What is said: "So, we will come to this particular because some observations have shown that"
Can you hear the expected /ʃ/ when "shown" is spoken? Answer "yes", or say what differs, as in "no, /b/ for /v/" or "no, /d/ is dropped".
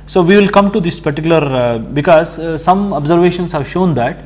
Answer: yes